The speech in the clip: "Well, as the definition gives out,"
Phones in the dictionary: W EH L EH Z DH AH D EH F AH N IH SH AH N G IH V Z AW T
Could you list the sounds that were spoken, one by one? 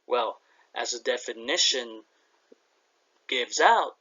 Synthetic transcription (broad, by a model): W EH L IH Z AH D EH F AH N IH SH AH N G IH V Z AW T